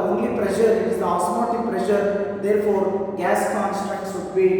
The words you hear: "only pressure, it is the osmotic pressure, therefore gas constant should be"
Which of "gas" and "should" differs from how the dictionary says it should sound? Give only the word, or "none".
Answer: should